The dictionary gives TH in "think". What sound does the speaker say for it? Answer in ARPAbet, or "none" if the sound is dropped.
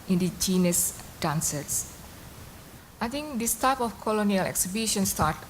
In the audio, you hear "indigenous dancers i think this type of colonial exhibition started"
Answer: T